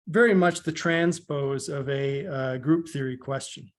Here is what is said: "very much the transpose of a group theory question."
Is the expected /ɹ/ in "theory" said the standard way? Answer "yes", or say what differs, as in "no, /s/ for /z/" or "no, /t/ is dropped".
yes